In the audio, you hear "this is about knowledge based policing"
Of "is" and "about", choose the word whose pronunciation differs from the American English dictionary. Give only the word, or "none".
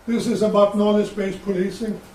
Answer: none